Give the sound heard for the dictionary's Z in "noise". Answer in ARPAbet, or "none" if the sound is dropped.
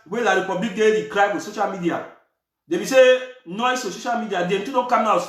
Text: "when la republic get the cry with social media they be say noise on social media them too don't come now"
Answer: S